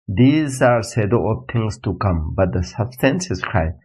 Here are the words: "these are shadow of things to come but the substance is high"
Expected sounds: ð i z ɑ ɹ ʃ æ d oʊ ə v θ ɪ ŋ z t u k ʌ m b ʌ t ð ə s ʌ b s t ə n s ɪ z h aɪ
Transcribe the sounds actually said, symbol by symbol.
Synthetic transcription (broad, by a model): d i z ɑ ɹ s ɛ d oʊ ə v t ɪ ŋ s t u k ʌ m b ʌ t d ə s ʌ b s t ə n s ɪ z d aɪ